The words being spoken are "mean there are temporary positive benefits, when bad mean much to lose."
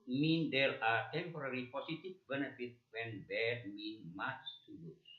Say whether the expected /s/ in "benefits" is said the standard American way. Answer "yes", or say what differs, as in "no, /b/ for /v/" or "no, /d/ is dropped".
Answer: no, /s/ is dropped